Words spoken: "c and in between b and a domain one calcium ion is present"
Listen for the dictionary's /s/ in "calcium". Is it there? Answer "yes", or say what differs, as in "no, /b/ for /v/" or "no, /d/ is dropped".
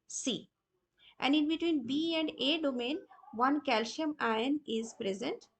no, /ʃ/ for /s/